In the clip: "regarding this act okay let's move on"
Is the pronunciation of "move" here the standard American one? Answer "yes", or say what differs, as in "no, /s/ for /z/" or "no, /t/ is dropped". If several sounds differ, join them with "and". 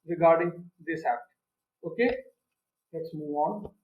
no, /v/ is dropped